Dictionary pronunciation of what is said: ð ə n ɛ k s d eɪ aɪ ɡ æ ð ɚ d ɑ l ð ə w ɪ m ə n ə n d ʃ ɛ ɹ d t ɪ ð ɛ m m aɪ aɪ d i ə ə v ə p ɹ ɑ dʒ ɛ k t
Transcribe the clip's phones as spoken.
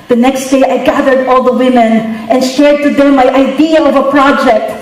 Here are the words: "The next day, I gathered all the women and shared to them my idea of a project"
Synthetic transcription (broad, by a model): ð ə n ɛ k s d eɪ aɪ ɡ æ ð ɚ d ɑ l ð ə w ɪ m ə n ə n ʃ ɛ ɹ d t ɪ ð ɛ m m aɪ aɪ d i ə ə v ə p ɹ ɑ dʒ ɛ k t